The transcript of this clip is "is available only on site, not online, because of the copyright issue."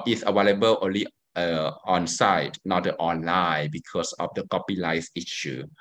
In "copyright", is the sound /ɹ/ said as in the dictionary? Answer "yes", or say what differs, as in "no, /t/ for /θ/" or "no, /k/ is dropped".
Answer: no, /l/ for /ɹ/